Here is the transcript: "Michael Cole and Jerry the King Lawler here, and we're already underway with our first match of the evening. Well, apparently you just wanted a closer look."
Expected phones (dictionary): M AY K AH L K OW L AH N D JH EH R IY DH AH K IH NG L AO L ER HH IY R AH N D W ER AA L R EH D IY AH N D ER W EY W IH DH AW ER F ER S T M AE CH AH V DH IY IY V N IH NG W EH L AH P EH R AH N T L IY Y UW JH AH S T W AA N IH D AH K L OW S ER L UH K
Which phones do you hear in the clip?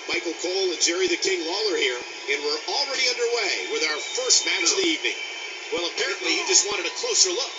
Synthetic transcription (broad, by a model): M AY K L K OW L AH N JH EH R IY DH AH K IH NG L AO L ER HH IY R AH N W ER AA L R EH D IY AH N D ER W EY W IH DH AW ER F ER S T M AE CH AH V DH IY IY V N IH NG W EH L AH P EH R AH N T L IY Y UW JH AH S T W AA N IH D AH K L OW S ER L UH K